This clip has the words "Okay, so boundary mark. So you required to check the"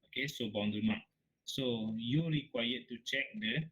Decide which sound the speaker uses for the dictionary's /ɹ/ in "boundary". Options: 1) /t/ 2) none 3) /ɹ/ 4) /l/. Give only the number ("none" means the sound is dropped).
2